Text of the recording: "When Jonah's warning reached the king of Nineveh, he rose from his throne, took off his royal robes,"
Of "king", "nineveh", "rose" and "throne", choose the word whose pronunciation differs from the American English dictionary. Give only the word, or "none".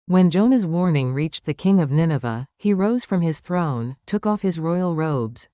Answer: none